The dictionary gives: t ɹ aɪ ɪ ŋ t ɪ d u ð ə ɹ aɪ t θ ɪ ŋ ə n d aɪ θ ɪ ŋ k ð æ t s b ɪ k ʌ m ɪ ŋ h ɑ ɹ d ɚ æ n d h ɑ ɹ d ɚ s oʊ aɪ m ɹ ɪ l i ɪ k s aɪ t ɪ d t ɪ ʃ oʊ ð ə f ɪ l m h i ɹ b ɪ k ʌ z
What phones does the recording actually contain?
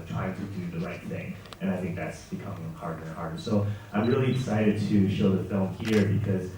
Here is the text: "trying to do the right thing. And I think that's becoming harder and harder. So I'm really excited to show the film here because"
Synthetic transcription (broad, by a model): t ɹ aɪ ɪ ŋ t ɪ d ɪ ð ə ɹ aɪ t θ ɪ ŋ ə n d aɪ θ ɪ ŋ k ð æ t s b ɪ k ʌ m ɪ ŋ h ɑ ɹ d ɚ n h ɑ ɹ d ɚ s oʊ aɪ m ɹ ɪ l i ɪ s aɪ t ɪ d t ɪ ʃ oʊ ð ə f ɪ l m h i ɹ b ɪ k ʌ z